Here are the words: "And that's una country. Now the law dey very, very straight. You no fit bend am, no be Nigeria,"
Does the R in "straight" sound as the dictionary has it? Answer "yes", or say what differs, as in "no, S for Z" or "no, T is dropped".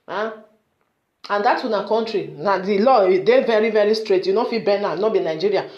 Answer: yes